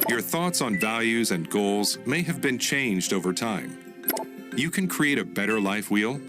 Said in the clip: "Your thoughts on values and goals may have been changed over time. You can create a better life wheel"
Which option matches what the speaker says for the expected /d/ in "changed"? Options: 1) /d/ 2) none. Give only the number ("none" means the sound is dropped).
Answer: 1